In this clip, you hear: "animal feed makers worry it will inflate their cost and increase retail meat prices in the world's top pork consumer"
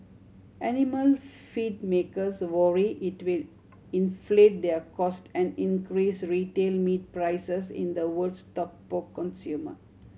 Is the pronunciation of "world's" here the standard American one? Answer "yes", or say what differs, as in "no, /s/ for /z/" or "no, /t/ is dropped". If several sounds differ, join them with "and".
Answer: no, /l/ is dropped and /s/ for /z/